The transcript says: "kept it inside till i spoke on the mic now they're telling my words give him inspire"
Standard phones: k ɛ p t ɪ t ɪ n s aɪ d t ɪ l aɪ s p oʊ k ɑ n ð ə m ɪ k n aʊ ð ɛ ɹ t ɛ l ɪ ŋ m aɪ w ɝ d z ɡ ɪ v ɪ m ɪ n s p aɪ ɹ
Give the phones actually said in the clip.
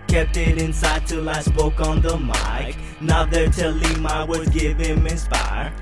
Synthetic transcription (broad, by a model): k ɛ p t ɪ t ɪ n s aɪ d t ɪ l aɪ s p oʊ k n ð ə m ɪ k n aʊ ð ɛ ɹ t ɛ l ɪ m aɪ w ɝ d ɡ ɪ v ɪ m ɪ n s p aɪ ɹ